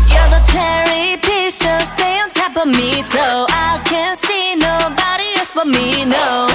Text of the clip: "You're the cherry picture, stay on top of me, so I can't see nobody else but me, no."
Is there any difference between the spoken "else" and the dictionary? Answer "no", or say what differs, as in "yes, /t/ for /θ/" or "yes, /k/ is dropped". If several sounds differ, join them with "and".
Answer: yes, /l/ is dropped